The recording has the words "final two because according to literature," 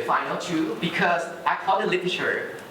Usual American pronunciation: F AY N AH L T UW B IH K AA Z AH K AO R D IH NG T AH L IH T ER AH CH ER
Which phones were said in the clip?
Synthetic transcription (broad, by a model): F AY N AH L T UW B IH K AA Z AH IH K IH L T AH L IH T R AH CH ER